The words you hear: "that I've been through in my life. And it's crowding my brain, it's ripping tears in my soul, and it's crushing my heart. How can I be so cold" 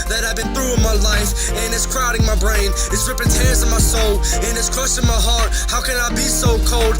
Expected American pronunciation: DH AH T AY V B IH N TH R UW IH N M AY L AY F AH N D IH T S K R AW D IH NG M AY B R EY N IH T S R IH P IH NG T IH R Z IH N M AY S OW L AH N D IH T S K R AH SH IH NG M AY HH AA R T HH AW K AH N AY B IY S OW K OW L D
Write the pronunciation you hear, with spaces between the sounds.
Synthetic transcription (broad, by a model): DH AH T AY V B IH N TH R UW IH N M AY L AY F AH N IH T S K R AW D IH NG M AY B R EY N IH T S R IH P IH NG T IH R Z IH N M AY S OW L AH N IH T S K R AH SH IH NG M AY HH AA R T HH AW K AH N AY B IY S OW K OW L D